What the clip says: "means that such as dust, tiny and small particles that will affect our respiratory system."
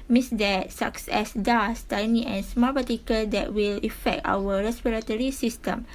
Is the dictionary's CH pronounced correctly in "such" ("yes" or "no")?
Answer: no